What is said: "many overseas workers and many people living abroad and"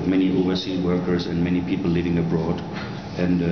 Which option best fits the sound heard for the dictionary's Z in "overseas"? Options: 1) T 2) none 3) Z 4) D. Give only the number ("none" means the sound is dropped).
2